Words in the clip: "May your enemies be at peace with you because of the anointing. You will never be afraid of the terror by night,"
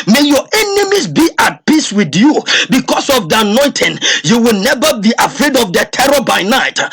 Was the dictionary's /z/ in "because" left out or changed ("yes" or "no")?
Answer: yes